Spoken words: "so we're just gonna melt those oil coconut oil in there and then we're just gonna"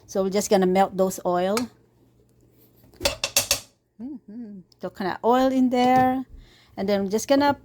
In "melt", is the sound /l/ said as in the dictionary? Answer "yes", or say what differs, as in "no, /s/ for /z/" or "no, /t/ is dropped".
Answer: yes